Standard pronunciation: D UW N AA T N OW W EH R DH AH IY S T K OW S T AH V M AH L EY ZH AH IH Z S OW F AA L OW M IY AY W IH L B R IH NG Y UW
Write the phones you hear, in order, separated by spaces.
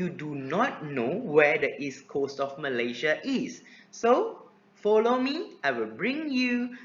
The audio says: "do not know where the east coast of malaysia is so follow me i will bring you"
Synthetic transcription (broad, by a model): D UW N AA T N OW W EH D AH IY S K OW S T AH F M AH L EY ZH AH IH S OW F AA L OW M IY AY W IH L B R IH NG Y UW